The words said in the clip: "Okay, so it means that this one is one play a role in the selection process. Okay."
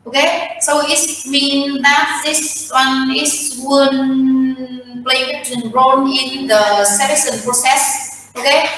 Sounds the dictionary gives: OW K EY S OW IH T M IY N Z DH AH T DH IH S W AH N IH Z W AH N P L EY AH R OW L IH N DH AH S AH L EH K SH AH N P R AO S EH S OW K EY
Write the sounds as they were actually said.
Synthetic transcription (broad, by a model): OW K EY S OW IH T M IY N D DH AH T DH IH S W AH N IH S W AH N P L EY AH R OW N IH N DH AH S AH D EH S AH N P R AO S EH S OW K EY